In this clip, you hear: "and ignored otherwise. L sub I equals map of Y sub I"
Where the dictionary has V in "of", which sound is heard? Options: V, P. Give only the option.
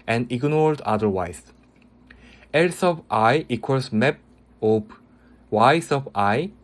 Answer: P